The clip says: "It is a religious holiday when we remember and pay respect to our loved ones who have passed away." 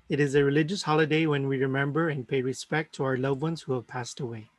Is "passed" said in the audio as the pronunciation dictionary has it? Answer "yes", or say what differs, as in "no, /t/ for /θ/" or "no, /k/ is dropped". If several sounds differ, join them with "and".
yes